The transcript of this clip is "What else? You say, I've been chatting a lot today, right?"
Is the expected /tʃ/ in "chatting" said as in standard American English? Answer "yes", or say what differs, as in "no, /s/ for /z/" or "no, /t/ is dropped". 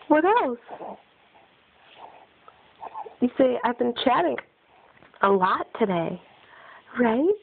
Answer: yes